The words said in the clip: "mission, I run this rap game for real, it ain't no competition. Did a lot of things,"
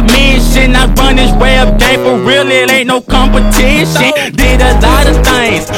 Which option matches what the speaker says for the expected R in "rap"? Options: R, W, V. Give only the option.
W